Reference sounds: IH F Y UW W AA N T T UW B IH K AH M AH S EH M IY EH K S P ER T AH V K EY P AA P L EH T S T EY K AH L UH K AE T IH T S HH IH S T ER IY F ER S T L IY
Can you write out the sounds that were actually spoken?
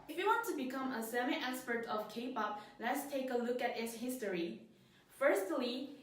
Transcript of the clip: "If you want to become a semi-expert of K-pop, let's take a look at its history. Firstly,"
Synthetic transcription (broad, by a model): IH F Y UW W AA N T T UW B IH K AH M AH S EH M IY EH S P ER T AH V K EY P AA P L EH T S T EY K AH L UH K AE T IH T S HH IH S T ER IY F ER S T L IY